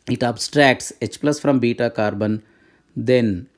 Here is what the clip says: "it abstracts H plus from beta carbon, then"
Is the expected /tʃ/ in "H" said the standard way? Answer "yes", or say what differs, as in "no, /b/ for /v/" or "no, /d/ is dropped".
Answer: yes